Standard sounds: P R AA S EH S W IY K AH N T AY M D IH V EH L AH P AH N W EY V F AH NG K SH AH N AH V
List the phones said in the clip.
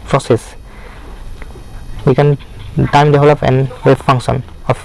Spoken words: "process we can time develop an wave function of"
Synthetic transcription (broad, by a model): P R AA S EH S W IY K AH N T AY M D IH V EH L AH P AH N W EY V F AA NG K S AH N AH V